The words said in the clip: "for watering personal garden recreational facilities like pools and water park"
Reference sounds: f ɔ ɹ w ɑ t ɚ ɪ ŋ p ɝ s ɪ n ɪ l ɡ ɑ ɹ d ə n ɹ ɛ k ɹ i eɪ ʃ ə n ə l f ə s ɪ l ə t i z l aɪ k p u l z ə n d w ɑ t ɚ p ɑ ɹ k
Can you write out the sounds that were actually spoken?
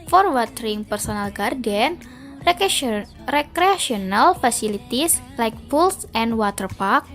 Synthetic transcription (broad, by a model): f ɔ ɹ w ɑ t ɚ ɪ ŋ p ɝ s ɪ n ɪ l ɡ ɑ ɹ d ə n ɹ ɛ k ɹ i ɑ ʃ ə n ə l f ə s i l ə t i s l aɪ k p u l s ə n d w ɑ t ɚ p ɑ ɹ k